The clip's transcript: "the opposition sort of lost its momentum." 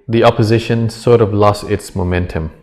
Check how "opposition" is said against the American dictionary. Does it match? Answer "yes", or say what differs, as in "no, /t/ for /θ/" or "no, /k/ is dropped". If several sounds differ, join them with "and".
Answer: yes